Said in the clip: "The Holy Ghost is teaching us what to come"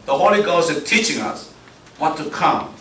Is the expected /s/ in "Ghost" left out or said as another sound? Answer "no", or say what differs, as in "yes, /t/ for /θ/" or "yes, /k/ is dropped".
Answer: no